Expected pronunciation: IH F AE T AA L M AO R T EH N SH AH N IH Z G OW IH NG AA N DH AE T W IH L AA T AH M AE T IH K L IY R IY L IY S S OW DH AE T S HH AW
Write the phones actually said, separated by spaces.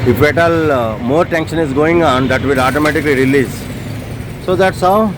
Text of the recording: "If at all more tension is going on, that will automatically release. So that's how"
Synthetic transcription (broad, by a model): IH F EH T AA L M AO R T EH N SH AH N IH Z G OW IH NG AA N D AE T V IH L AA T AH M AE T IH K L IY R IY L IY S S OW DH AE T S HH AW